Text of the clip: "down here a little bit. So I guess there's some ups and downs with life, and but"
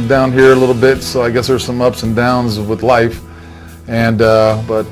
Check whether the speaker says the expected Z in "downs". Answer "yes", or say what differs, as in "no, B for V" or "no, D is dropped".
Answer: yes